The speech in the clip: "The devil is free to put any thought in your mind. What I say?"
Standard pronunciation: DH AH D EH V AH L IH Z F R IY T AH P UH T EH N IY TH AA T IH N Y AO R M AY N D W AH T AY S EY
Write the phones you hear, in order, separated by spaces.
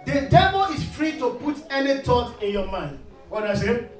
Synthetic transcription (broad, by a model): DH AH D EH V AH L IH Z F R IY T AH P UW T EH N IY T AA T IH N Y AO M AY N D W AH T AY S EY